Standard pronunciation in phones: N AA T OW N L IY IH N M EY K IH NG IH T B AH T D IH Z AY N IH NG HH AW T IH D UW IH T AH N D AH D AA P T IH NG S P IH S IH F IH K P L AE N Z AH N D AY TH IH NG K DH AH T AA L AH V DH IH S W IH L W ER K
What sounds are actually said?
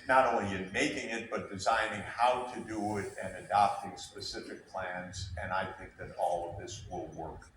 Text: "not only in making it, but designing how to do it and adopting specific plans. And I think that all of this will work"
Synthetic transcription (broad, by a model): N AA T OW N L IY IH N M EY K IH NG IH T B AH T D IH Z AY N IH NG HH AW T IH D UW IH T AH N AH D AA P T IH NG S P IH S IH F IH K P L AE N Z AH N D AY TH IH NG K DH AH T AA L AH V DH IH S W IH L W ER K